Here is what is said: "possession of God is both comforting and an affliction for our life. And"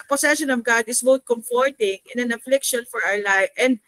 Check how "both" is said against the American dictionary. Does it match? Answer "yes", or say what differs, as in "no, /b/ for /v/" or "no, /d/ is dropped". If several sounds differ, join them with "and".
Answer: no, /t/ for /θ/